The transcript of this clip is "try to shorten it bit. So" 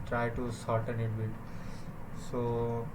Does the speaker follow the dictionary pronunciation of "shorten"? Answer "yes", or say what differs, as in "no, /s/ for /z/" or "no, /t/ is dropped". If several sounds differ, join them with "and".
no, /s/ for /ʃ/